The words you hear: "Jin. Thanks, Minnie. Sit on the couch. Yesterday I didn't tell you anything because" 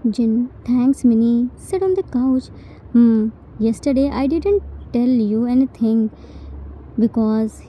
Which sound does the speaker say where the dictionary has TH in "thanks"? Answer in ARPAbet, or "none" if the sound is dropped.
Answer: T